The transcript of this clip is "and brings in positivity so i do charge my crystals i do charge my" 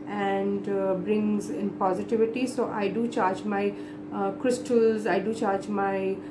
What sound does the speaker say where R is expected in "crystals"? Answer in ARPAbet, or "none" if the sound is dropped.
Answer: R